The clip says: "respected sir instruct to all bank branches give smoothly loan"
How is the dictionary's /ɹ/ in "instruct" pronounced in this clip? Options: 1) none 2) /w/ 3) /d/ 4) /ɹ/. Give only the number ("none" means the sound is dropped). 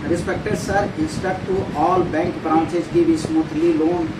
1